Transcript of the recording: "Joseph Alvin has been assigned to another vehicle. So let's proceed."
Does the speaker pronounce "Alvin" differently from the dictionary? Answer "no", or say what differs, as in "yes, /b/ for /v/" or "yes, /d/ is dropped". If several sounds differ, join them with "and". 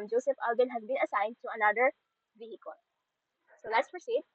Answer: yes, /b/ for /v/